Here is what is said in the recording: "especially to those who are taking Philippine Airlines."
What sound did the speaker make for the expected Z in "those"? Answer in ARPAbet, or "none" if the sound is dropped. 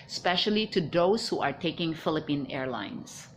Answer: S